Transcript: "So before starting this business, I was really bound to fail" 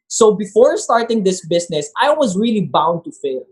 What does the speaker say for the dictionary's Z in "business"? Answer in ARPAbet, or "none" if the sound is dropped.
S